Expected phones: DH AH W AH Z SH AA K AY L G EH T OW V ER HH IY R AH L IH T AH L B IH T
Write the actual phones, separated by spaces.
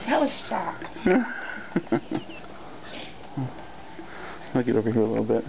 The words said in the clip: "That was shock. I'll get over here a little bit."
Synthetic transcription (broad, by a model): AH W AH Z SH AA AY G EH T OW V ER HH IY R AH L IH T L B IH T